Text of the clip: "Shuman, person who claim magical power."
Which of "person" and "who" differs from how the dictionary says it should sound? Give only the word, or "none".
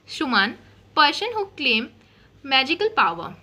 person